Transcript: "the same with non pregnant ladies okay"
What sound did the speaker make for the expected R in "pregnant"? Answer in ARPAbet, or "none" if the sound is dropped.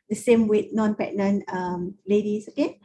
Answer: none